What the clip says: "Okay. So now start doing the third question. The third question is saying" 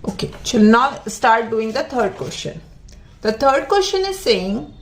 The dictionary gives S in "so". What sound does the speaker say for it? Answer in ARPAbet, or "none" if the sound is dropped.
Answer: SH